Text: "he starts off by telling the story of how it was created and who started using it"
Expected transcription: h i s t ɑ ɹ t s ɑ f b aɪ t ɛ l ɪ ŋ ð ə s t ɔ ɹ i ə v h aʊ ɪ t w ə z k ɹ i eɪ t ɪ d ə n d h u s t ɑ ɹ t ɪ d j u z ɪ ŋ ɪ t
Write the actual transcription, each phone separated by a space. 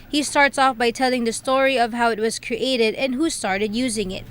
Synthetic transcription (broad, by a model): h i s t ɑ ɹ t s ɑ f b aɪ t ɛ l ɪ ŋ ð ə s t ɔ ɹ i ə v h aʊ ɪ t w ə z k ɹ i eɪ t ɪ d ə n h u s t ɑ ɹ t ɪ d j u z ɪ ŋ ɪ t